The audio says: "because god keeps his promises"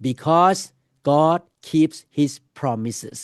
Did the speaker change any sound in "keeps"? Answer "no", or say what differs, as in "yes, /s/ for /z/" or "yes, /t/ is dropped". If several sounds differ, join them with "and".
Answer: no